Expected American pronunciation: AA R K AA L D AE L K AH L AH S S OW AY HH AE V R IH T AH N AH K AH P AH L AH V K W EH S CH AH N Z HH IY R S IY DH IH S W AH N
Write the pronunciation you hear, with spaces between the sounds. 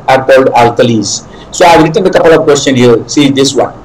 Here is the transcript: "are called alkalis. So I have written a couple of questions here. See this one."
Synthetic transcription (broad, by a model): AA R K AA L D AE L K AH L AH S S OW AY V R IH T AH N AH K AH P AH L AH V K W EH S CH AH N HH IY R S IY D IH S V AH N